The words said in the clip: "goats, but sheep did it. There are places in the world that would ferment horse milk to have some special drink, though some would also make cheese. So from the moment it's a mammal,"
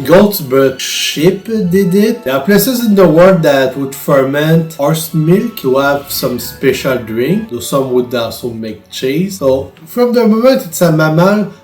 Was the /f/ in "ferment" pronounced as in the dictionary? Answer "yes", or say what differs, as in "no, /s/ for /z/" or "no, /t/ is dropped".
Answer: yes